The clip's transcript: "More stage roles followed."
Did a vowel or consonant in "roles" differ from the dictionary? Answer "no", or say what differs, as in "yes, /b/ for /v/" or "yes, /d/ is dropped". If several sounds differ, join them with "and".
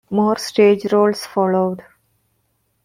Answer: yes, /s/ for /z/